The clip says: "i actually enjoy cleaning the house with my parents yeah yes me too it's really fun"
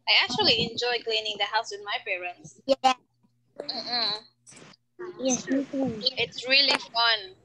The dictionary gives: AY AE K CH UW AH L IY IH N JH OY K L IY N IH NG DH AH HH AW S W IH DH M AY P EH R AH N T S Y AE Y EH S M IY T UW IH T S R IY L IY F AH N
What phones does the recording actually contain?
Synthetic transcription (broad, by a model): AY AE K CH UW AH L IY IH N JH OY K L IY N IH NG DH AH HH AW S W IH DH M AY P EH R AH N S Y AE Y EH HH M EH S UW IH T S R IY L IY F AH N